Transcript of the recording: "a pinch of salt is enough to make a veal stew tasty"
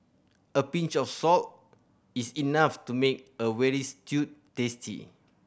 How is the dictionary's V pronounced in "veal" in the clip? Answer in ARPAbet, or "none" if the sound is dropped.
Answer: W